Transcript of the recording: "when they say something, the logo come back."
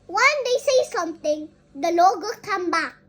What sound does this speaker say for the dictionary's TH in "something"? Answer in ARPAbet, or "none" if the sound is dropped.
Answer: T